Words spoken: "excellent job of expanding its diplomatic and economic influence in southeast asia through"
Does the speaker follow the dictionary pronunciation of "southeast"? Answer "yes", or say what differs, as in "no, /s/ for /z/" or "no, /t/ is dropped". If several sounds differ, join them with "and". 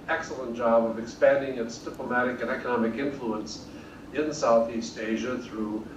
yes